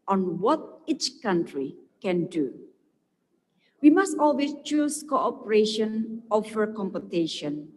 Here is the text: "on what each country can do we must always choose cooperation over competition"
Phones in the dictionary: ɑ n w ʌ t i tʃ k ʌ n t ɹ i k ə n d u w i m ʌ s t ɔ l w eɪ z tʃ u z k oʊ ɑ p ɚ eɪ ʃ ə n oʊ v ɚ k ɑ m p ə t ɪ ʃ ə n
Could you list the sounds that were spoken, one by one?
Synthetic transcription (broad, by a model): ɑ n w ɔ t i tʃ k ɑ n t ɹ i k ə n d u w i m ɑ s t ɔ l w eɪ s tʃ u s k oʊ ɑ p ɚ eɪ ʃ ə n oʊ f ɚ k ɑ m p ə t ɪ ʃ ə n